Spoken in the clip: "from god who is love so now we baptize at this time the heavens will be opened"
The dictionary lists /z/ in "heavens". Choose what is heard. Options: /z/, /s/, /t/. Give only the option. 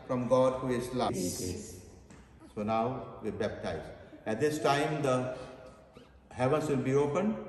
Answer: /s/